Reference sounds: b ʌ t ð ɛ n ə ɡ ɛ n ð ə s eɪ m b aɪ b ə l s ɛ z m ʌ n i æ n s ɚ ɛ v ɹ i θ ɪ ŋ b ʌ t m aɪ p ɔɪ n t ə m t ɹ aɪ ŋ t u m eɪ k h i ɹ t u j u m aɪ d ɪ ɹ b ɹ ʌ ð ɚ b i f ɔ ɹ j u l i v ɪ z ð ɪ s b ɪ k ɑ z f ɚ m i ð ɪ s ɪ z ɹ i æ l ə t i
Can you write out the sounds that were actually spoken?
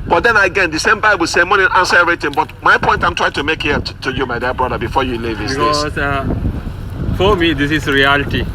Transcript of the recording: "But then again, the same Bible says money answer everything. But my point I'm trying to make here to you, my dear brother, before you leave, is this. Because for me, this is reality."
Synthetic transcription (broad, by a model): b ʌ t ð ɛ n ə ɡ ɛ n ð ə s eɪ m b aɪ b ə l s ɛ m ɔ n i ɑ n s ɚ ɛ v ɹ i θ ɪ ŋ b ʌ t m aɪ p ɔɪ n t ə m t ɹ aɪ ŋ t u m eɪ k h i t u j u m aɪ d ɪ b ɹ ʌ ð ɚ b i f ɔ j u l i v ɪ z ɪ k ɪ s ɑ f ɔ m i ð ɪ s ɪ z ɹ i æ l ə t i